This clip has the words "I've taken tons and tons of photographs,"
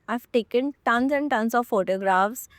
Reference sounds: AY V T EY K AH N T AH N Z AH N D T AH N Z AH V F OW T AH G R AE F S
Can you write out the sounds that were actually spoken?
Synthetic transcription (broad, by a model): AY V T EY K AH N T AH N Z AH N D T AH N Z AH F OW T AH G R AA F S